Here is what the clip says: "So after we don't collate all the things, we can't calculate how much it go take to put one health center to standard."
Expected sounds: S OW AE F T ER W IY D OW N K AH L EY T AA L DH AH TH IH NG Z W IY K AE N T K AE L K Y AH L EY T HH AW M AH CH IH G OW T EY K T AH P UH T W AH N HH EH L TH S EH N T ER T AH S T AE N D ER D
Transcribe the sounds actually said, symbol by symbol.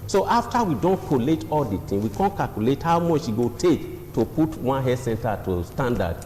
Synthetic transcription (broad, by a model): S OW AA F T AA W IY D OW N K AH L EY T AA L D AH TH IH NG W IY K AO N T K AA L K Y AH L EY T HH AW M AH CH IH G OW T EY K T AH P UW T W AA N HH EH S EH N T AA T AH S T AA N D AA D